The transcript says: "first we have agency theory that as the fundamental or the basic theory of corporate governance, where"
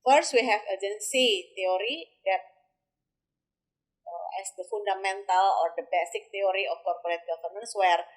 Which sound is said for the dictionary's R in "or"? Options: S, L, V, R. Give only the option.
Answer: R